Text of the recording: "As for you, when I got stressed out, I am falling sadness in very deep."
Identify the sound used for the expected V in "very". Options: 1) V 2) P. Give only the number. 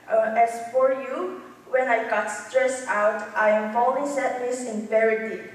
2